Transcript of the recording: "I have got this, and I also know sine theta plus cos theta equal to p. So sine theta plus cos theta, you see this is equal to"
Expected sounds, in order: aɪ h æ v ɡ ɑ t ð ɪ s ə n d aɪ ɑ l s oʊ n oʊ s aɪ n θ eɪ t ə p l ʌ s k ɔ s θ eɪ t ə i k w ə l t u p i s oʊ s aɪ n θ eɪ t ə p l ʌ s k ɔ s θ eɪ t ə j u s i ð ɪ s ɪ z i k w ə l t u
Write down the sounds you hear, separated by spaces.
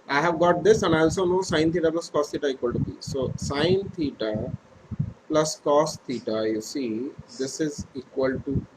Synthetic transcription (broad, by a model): aɪ h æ v ɡ ɑ t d ɪ s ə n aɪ ɑ l s oʊ n oʊ s aɪ n t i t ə p l ʌ s k ɔ s t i t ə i k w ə l t u b i s oʊ s aɪ n t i t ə p l ʌ s k ɔ s t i t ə j u s i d ɪ s ɪ z i k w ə l t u